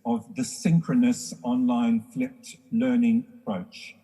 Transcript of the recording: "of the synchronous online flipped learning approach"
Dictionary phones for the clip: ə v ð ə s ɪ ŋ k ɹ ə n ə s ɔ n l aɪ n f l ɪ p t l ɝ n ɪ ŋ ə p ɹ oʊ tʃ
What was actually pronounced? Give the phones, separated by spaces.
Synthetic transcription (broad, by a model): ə v ð ə s ɪ ŋ k ɹ ə n ə s ɔ n l aɪ n f l ɪ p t l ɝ n ɪ ŋ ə p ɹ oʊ tʃ